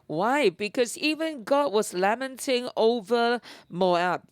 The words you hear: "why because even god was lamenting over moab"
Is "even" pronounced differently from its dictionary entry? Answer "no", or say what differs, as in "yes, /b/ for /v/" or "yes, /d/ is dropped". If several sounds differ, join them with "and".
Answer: no